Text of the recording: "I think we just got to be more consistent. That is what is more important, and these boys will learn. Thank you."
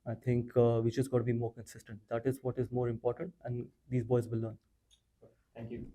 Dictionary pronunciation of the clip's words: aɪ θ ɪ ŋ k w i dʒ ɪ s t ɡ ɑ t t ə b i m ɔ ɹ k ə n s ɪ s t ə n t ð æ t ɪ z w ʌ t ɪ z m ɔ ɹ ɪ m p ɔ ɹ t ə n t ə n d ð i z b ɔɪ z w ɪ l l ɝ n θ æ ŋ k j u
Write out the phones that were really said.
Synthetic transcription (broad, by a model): aɪ t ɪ ŋ k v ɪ tʃ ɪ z ɡ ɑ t t ə b i m ɔ ɹ k ə n s ɪ s t ə n t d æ t ɪ z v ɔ t ɪ z m ɔ ɹ ɪ m p ɔ ɹ t ə n t ə n d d i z b ɔɪ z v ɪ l l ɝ n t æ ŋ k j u